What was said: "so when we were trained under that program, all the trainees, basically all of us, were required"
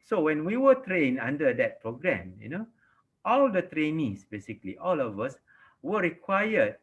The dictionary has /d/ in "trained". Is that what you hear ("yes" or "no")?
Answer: no